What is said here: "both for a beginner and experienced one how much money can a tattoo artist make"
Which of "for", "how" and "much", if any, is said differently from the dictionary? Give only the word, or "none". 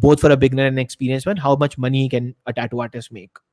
none